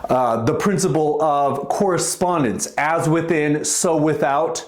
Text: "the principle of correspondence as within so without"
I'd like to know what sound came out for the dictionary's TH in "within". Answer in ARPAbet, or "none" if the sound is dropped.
TH